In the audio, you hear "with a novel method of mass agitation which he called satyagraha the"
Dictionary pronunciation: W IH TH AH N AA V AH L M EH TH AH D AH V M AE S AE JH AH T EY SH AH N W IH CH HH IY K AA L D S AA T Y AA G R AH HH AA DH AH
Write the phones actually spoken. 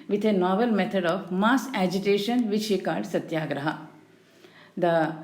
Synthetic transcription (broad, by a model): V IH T AH N AA V AH L M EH T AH D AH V M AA S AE JH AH T EY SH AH N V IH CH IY K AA D S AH T Y AA G R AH HH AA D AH